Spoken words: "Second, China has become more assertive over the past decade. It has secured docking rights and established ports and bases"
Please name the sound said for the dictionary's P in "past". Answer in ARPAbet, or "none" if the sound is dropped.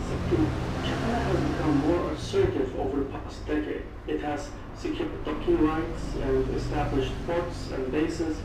P